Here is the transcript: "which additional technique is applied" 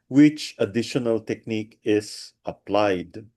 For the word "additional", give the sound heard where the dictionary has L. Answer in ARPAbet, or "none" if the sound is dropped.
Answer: L